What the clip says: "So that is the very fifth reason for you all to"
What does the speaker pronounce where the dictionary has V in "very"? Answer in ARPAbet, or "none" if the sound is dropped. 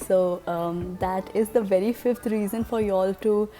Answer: V